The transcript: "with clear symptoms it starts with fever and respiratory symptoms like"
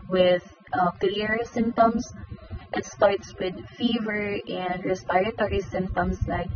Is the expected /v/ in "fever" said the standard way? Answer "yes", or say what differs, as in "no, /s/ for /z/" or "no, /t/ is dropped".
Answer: yes